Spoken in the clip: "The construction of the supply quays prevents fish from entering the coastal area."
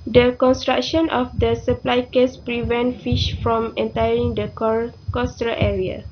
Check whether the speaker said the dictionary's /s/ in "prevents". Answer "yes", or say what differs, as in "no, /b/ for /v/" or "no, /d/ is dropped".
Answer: no, /s/ is dropped